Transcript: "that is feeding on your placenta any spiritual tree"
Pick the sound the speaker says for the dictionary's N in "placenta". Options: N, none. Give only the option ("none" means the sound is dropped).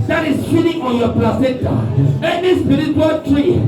none